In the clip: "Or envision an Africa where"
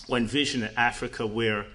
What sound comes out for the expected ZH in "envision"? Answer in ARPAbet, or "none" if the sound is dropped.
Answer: ZH